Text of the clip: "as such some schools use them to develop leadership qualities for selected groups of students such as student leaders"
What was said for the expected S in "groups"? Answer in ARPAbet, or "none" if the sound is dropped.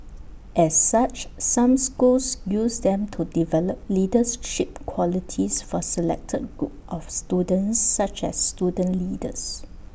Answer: none